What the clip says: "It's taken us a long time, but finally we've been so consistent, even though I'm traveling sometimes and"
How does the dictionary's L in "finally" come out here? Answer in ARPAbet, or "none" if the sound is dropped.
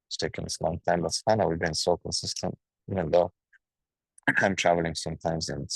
N